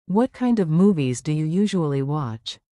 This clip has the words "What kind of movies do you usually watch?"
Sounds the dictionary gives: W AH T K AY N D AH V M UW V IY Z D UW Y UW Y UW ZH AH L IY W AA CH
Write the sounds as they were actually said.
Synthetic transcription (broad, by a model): W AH T K AY N D AH V M UW V IY Z D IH Y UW Y UW ZH AH L IY W AA CH